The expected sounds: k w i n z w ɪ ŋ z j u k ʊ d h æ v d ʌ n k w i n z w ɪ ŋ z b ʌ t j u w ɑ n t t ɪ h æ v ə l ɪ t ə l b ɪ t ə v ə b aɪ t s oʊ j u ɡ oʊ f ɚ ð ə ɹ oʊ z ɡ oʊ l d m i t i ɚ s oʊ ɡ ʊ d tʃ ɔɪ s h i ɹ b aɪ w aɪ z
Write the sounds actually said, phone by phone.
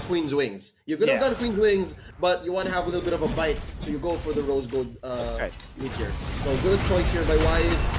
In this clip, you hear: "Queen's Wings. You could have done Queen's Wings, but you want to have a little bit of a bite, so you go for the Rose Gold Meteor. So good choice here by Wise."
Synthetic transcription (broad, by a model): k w i n z w ɪ ŋ z j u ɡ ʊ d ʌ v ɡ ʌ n k w i n z w ɪ ŋ z b ʌ t j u w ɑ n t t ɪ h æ v ə l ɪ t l b ɪ t ə v ə b aɪ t s oʊ j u ɡ oʊ f ɚ ð ə ɹ oʊ z ɡ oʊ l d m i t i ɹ s oʊ ɡ ʊ d tʃ ɔɪ s h i ɹ b aɪ w aɪ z